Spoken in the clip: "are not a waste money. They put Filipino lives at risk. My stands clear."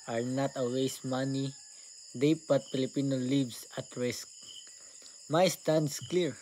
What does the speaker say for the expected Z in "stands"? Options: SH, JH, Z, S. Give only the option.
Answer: S